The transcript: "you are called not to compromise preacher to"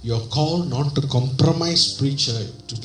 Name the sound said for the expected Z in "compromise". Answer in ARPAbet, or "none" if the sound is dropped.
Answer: S